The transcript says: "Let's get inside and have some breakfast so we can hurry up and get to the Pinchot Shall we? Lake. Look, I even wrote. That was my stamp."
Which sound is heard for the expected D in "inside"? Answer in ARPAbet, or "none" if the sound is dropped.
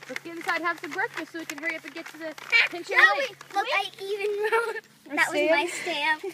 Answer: none